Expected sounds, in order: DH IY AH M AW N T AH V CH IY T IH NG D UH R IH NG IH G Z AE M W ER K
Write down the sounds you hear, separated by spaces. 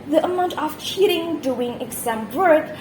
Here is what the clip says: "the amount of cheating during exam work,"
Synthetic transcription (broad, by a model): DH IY AH M AW N T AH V CH IY T IH NG D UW IH NG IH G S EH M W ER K